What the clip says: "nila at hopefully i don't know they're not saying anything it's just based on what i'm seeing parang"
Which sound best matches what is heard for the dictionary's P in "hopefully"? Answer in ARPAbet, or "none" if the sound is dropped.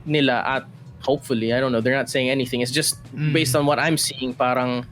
P